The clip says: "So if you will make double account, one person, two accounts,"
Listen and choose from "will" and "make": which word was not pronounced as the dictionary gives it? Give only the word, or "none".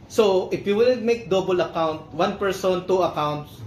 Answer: will